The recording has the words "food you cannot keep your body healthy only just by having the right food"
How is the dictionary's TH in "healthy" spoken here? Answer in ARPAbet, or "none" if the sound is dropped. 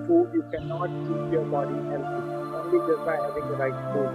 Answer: S